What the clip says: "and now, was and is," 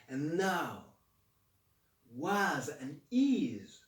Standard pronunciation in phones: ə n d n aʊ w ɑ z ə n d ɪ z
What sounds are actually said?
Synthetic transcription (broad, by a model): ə n n aʊ w ɑ z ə n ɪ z